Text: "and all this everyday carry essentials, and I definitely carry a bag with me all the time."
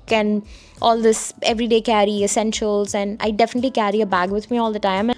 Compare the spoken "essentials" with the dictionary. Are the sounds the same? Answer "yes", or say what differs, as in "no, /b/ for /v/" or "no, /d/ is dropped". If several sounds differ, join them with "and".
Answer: yes